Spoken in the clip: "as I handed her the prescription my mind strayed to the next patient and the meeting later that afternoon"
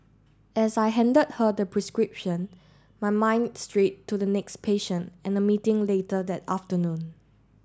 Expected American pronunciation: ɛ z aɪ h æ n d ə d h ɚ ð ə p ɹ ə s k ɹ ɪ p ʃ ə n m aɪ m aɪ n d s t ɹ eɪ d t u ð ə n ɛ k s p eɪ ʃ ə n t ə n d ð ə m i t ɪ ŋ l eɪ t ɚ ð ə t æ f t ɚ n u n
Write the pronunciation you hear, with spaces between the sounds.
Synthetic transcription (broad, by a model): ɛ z aɪ h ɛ n d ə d h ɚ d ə p ɹ ə s k ɹ ɪ p ʃ ə n m aɪ m aɪ n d s t ɹ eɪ t u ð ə n ɛ k s p eɪ ʃ ə n t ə n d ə m i t ɪ ŋ l eɪ t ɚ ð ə t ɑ f t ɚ n u n